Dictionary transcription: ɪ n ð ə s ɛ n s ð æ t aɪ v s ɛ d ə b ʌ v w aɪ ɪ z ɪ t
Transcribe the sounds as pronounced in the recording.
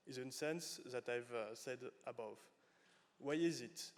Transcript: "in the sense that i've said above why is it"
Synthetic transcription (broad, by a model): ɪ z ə s ɛ n s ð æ t aɪ v s ɛ d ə b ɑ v w aɪ ɪ z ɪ t